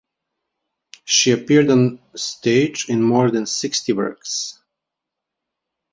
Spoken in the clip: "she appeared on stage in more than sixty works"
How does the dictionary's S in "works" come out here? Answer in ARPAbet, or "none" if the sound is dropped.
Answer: S